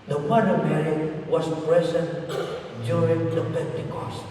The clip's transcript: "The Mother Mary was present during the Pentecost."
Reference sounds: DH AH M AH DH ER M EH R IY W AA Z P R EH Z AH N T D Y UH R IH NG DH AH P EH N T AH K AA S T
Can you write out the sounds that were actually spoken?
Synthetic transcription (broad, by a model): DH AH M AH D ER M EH R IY W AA S P R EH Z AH N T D Y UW R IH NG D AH P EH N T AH K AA S